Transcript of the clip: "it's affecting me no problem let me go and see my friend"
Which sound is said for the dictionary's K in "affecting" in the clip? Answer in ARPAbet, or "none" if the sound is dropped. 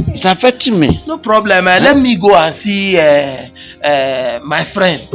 none